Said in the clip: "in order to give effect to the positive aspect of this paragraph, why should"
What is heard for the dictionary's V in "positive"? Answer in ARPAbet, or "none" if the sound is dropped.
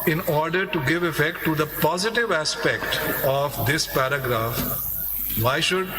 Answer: V